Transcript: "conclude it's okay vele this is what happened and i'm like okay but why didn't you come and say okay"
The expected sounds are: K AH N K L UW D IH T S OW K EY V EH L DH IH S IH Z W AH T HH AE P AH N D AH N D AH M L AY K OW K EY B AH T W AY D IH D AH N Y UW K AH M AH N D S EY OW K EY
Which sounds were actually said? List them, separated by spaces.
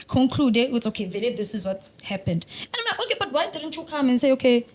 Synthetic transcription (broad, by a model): K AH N K L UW D IH T S OW K EY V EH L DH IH S IH Z W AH T HH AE P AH N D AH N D AH M N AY OW K EY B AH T W AY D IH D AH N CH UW K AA M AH N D S EY OW K EY